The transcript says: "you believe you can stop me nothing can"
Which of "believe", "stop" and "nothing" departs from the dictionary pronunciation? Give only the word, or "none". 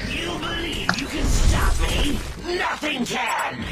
none